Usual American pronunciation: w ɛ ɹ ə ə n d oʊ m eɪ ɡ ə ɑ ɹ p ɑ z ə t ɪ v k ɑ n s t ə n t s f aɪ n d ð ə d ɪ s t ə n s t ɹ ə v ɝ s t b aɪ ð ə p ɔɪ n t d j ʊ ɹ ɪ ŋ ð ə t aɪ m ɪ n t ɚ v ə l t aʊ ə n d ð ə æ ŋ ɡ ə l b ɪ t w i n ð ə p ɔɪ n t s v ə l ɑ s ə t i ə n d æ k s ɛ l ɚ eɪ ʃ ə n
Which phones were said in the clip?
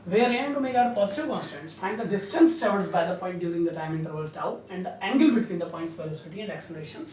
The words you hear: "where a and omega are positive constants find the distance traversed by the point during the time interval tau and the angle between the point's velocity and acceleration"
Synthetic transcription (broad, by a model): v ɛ ɹ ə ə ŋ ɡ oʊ m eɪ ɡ ɑ ɹ p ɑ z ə t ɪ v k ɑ n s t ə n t s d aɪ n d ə d ɪ s t ə n s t ə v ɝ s b aɪ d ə p ɔɪ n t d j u ɹ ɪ ŋ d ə t aɪ m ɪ n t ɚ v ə l t aʊ ə n d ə æ ŋ ɡ ə l b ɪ t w i n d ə p ɔɪ n t s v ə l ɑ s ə t i ə n d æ k s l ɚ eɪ ʃ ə n